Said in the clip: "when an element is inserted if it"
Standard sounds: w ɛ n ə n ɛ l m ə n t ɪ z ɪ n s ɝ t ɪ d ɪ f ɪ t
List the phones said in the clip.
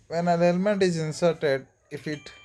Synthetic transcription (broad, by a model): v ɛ n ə l ɛ l m ə n t ɪ z ɪ n s ɝ t ɪ d ɪ f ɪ t